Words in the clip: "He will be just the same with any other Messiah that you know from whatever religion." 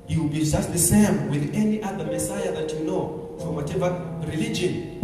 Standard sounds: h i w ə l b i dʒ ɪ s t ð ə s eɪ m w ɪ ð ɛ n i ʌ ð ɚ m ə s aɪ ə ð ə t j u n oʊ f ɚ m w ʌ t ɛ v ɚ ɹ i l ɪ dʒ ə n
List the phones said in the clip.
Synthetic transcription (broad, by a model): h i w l b i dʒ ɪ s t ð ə s eɪ m w ɪ ð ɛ n i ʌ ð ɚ m ə s aɪ ə ð ə t j u n oʊ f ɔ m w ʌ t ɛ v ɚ ɹ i l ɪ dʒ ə n